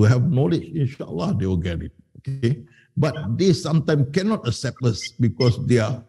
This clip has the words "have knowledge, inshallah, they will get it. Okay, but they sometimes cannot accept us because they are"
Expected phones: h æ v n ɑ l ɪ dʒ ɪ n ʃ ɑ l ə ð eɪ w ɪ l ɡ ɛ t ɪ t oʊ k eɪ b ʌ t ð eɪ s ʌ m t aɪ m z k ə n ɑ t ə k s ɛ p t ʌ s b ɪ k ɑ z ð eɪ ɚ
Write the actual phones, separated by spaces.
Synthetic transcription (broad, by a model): h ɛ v n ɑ l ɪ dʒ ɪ n ʃ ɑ l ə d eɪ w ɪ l ɡ ɛ t ɪ t oʊ k eɪ b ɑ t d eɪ s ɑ m t aɪ m k ə n ɑ t ə k s ɛ p t ʌ s b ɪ k ɑ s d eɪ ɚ